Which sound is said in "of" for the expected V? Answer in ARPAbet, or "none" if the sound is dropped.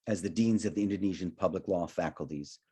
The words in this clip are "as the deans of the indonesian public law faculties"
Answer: V